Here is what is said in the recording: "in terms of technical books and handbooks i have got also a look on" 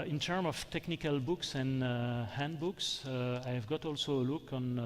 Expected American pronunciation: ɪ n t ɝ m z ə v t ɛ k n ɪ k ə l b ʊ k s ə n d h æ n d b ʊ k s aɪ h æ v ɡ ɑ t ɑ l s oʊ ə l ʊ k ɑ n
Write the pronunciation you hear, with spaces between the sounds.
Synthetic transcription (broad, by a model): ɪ n t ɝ m ə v t ɛ k n ɪ k ə l b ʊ k s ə n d h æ n d b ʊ k s aɪ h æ v ɡ ɑ t ɑ l s oʊ ə l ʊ k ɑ n